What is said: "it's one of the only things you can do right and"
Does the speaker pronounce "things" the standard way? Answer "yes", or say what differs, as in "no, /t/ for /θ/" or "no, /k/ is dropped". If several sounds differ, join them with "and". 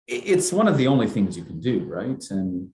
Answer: yes